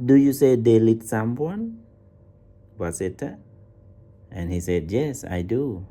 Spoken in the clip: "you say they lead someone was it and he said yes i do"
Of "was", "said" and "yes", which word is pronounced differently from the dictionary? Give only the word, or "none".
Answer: was